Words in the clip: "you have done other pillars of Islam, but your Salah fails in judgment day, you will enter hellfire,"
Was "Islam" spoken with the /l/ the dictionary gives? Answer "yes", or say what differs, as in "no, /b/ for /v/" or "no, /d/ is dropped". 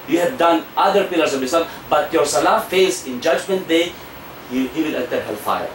no, /l/ is dropped